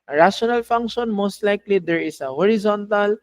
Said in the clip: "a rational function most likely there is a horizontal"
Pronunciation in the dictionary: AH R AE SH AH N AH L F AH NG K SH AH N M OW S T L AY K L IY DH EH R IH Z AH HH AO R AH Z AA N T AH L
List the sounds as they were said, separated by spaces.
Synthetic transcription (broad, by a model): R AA S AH N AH L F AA NG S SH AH N M OW S T L AY K L IY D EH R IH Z AH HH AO R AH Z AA N T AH L